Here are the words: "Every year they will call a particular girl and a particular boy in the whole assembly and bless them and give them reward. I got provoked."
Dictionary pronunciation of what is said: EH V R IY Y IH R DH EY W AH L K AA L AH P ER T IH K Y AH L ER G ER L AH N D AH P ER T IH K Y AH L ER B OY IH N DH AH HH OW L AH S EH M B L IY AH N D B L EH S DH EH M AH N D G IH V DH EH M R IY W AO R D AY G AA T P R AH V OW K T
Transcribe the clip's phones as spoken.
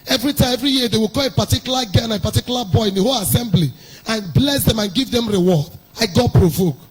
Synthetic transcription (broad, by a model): EH V R IY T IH R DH EY W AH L K AA L AH P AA T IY K Y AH L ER G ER N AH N AH P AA T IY K Y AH L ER B OY IH N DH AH HH OW L AH S EH M B L IY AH N B L EH S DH EH M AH N G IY V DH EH M R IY W AO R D AY G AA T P R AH V OW K